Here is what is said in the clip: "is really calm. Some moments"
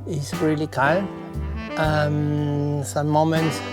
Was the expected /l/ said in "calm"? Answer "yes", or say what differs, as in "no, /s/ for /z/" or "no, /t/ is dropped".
no, /n/ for /l/